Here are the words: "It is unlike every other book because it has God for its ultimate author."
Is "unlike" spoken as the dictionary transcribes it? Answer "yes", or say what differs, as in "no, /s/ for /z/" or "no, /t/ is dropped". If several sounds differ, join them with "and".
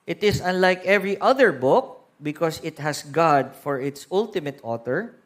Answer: yes